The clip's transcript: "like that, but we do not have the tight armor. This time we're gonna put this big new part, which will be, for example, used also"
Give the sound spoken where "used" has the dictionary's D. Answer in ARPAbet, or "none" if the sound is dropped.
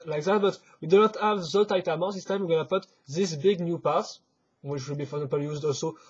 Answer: D